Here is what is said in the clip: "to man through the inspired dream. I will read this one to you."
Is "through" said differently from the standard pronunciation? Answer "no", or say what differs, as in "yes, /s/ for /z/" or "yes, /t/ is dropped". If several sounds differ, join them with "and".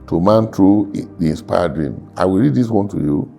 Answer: yes, /t/ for /θ/